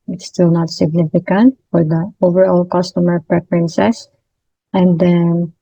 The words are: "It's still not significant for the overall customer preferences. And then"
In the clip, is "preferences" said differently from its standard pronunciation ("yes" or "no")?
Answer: yes